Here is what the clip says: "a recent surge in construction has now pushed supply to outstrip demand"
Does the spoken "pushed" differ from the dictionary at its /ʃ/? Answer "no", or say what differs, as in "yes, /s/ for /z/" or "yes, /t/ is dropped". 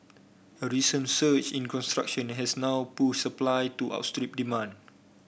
yes, /ʃ/ is dropped